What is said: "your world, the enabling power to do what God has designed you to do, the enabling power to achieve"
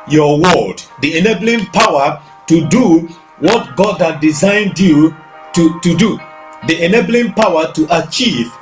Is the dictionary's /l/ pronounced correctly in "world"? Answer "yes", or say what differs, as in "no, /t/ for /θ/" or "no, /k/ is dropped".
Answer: no, /l/ is dropped